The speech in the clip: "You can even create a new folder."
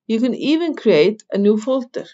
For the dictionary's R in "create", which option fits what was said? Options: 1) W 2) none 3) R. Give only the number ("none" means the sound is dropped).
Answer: 3